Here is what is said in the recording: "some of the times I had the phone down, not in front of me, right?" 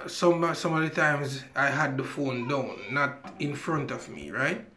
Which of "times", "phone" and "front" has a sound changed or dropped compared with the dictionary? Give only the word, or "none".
none